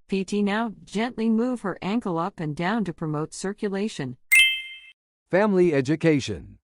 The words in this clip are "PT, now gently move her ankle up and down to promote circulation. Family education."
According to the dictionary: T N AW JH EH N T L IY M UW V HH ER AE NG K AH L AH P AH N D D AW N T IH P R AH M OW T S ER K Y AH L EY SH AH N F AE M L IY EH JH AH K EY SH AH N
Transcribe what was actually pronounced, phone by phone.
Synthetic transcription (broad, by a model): T N AW JH EH N T L IY M UW V HH ER AE NG K AH L AH P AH N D D AW N T IH P R AH M OW T S ER K Y AH L EY SH AH N F AE M L IY EH JH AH K EY SH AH N